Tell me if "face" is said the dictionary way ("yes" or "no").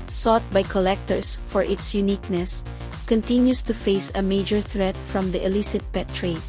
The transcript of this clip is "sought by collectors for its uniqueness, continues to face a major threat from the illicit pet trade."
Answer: yes